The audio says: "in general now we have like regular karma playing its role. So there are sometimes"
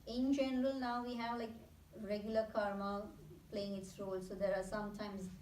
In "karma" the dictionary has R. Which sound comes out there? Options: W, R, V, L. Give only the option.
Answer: R